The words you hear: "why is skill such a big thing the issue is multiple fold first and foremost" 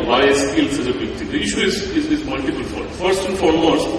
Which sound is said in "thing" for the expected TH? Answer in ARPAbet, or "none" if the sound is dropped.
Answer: T